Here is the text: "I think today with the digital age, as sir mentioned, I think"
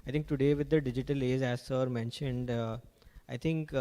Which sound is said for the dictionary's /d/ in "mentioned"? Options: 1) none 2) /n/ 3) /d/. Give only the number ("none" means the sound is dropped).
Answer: 3